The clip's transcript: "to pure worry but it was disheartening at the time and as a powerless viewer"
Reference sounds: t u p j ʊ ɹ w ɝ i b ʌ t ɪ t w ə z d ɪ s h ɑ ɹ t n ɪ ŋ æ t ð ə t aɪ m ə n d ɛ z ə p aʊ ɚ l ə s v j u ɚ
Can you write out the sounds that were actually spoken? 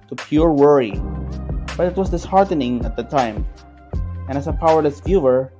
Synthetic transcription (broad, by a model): t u p j ʊ ɹ w ɝ i b ʌ t ɪ t w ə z d ɪ s h ɑ ɹ t n ɪ ŋ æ t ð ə t aɪ m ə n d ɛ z ə p aʊ ɚ ə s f j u ɚ